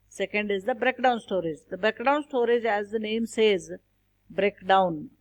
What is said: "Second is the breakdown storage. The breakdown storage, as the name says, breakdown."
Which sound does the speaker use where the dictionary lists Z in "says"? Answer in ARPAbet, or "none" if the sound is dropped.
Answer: Z